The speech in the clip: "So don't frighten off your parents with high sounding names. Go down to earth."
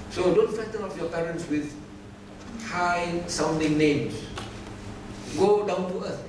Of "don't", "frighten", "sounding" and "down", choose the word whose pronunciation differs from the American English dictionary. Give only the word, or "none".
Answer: frighten